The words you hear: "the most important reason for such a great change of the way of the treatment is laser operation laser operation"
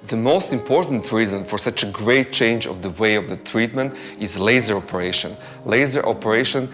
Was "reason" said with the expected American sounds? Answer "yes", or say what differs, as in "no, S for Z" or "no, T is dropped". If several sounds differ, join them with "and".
yes